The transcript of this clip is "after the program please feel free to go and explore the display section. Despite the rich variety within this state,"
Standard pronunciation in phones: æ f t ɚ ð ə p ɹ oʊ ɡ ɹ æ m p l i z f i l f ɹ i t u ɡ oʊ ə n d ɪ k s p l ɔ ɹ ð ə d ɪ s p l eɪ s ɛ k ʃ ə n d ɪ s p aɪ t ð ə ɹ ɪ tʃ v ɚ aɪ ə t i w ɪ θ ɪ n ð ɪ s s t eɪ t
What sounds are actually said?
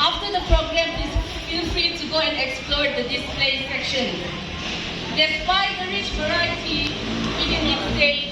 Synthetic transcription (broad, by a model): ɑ f t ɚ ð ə p ɹ oʊ ɡ ɹ æ m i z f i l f i t u ɡ oʊ ə n d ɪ k s p l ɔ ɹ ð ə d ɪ s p l eɪ s ɛ k ʃ ə n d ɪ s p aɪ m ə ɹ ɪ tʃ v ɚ aɪ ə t i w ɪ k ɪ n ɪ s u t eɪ